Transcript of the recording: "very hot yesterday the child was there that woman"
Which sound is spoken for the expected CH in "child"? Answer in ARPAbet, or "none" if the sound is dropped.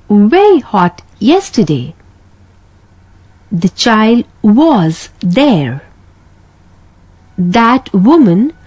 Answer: CH